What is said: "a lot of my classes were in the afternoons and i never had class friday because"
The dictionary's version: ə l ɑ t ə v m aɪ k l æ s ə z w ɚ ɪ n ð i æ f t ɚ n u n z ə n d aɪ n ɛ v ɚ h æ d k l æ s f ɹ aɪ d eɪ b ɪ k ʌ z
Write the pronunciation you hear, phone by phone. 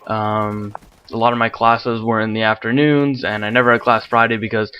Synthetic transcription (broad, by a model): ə l ɑ t ə v m aɪ k l æ s ə z w ɚ ɪ n ð i æ f t ɚ n u n z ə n aɪ n ɛ v ɚ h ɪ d k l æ s f ɹ aɪ d eɪ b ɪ k ʌ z